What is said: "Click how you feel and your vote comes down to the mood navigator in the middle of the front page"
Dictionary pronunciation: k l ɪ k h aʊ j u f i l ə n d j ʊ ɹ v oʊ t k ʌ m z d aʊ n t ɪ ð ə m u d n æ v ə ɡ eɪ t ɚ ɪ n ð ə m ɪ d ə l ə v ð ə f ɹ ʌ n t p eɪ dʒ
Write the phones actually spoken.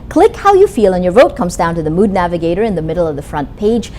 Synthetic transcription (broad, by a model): k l ɪ k h aʊ j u f i l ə n j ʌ ɹ v oʊ t k ʌ m z d aʊ n t ɪ ð ə m u d n æ v ə ɡ eɪ t ɚ ɪ n ð ə m ɪ d l ə v ð ə f ɹ ʌ n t p eɪ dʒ